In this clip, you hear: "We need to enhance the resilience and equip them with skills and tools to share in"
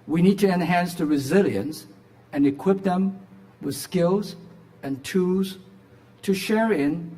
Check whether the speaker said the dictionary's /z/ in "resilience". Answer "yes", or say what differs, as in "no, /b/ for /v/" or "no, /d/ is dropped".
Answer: yes